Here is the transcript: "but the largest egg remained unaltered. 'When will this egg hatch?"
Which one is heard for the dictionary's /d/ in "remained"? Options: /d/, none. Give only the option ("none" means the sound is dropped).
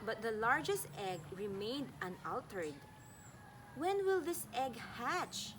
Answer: /d/